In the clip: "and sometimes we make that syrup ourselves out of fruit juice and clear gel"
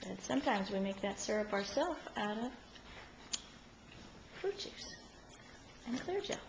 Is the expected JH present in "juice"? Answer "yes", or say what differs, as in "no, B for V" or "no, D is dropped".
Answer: no, CH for JH